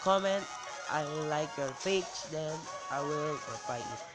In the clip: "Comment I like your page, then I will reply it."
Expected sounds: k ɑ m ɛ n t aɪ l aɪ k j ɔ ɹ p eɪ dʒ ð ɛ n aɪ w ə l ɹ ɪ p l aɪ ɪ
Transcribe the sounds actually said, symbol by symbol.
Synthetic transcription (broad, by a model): k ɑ m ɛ n t aɪ l aɪ k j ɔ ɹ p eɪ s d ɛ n aɪ w ə l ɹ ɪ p aɪ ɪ